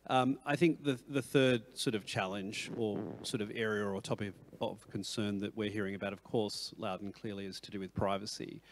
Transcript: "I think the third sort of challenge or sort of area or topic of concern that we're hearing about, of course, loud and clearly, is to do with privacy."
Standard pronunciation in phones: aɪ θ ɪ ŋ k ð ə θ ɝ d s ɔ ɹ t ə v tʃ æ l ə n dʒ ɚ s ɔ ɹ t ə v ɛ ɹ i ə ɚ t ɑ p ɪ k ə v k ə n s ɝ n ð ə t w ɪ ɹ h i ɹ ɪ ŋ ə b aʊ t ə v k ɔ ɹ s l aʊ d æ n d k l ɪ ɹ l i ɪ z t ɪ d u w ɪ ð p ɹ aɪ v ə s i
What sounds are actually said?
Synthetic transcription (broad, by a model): aɪ θ ɪ ŋ k ð ə θ ɝ d s ɔ ɹ t ə v tʃ æ l ə n dʒ ɚ s ɔ ɹ t ə v ɛ ɹ i ə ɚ t ɑ p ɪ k ə v k ə n s ɝ n ð ə t w ɪ ɹ h i ɹ ɪ ŋ ə b aʊ t ə v k ɔ ɹ s l aʊ d n k l ɪ ɹ l i ɪ z t ɪ d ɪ w ɪ ð p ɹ aɪ v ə s i